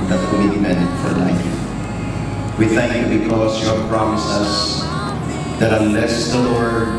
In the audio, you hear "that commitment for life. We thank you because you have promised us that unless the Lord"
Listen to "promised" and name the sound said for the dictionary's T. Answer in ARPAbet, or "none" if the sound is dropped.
none